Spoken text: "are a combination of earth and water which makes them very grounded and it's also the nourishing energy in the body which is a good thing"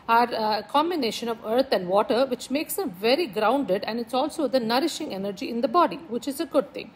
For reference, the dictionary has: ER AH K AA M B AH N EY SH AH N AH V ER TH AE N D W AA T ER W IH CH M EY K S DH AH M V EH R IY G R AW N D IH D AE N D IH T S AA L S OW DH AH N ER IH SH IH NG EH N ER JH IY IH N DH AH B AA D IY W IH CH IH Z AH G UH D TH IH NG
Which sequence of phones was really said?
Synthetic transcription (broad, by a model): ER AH K AA M B AH N EY SH AH N AH V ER T AE N D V AA T ER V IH CH M EY K S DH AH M V EH R IY G R AW N D IH D AE N D IH T S AA L S OW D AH N ER IH SH IH NG EH N ER JH IY IH N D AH B AA D IY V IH CH IH Z AH G UH D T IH NG